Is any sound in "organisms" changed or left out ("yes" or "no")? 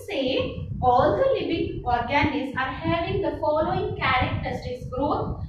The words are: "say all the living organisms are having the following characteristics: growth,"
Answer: yes